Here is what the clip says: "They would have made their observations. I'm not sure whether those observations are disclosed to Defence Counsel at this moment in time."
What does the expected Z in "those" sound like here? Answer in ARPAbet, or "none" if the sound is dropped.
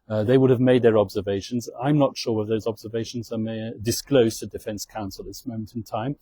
Z